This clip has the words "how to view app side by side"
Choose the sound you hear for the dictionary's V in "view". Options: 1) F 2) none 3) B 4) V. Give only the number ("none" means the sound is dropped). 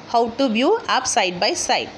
3